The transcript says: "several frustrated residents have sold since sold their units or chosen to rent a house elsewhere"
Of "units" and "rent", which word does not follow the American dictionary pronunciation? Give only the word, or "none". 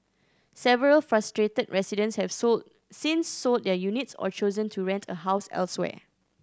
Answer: none